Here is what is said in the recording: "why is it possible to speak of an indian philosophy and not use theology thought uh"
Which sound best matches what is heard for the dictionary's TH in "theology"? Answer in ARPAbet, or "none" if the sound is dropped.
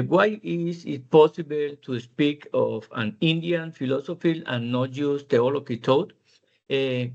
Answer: T